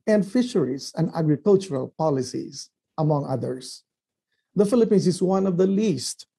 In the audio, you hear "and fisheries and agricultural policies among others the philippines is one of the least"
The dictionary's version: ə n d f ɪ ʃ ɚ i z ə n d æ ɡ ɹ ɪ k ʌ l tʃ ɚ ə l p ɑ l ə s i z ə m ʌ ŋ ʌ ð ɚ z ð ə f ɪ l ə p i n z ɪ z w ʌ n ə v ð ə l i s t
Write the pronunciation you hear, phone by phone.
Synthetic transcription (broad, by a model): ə n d f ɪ ʃ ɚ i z ə n d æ ɡ ɹ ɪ k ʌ l tʃ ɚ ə l p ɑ l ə s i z ə m ʌ ŋ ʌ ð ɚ s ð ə f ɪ l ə p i n s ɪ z w ʌ n ə v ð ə l i s t